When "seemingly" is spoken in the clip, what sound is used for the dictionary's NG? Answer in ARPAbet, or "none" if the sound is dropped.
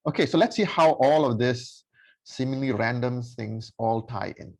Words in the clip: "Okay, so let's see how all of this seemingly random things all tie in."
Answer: none